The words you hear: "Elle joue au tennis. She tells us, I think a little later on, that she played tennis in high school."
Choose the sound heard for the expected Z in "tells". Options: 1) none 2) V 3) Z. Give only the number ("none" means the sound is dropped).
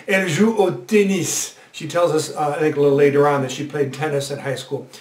3